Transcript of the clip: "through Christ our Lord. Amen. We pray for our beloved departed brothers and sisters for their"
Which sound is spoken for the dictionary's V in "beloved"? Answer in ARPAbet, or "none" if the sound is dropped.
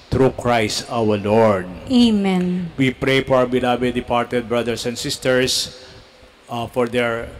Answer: B